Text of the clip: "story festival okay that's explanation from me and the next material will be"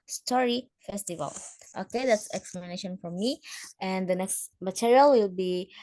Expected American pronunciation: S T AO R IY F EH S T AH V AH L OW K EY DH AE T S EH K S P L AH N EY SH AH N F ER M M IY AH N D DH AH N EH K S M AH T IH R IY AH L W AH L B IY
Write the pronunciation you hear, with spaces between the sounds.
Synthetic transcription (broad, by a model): S T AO R IY F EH S T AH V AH L OW K EY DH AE T S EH K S L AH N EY SH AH N F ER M M IY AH N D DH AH N EH K S M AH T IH R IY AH L W AH L B IY